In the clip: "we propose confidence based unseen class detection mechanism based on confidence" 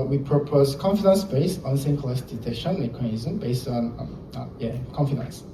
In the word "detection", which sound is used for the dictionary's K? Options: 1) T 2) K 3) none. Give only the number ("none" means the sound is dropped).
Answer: 3